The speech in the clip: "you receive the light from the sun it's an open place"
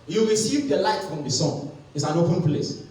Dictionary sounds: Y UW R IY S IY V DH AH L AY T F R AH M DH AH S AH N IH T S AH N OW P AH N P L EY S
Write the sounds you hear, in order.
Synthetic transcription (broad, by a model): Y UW W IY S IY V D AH L AY T F R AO M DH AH S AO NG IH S AH N OW P AH N P L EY S